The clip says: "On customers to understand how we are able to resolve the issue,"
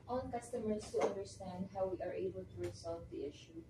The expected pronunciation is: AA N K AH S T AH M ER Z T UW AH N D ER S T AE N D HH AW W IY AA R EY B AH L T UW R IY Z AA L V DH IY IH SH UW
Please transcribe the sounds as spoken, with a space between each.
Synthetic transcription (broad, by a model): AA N K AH S T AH M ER S T UW AH N D ER S T AE N D HH AW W IY AA R EY B AH L T UW R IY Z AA L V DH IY IH SH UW